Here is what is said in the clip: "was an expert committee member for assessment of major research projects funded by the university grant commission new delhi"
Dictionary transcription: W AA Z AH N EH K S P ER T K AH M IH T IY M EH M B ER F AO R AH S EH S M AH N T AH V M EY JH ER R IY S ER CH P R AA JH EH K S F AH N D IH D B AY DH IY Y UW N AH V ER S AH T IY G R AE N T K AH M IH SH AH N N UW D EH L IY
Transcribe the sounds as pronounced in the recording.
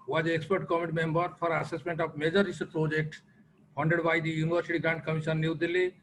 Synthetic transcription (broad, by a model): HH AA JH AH EH K S P ER T K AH M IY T IY M EH M B ER P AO R AH S EH S M AH N T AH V M EY JH ER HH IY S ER P R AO JH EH K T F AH N D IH D B AY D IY Y UW N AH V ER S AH T IY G R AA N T K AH M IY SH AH N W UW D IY L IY